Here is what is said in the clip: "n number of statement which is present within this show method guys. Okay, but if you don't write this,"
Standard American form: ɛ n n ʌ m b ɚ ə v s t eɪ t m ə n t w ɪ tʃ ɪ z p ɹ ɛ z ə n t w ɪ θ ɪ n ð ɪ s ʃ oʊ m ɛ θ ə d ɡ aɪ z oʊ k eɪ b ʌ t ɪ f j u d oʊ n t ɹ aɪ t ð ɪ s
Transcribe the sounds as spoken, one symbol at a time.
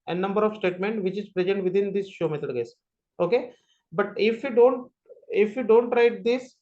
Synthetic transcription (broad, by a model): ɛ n n ʌ m b ɚ ə v s t eɪ t m ə n t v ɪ tʃ ɪ z p ɹ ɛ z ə n t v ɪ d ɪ n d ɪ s ʃ oʊ m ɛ t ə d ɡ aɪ s oʊ k eɪ b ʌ t ɪ f j u d oʊ n t ɹ aɪ t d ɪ s